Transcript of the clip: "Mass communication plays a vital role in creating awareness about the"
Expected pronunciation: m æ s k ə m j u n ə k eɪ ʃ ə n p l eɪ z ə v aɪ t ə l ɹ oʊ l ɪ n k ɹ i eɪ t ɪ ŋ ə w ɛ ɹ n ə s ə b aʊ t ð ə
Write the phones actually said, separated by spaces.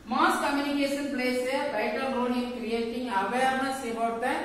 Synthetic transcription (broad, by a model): m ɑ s k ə m j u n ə k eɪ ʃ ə n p l eɪ s ə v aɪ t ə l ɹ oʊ n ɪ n k ɹ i eɪ t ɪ ŋ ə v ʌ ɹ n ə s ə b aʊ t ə